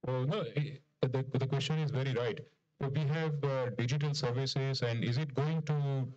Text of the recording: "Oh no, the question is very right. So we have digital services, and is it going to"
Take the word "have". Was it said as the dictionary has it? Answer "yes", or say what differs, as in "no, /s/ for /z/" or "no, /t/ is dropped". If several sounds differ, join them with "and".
yes